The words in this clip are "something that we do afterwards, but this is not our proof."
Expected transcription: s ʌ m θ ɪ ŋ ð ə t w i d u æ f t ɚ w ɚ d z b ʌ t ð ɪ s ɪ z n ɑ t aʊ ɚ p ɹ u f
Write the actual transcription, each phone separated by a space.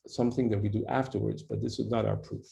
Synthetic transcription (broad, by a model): s ʌ m θ ɪ ŋ ð ə t w i d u æ f t ɚ w ɚ d z b ʌ t ð ɪ s ɪ z n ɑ t aʊ ɚ p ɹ u f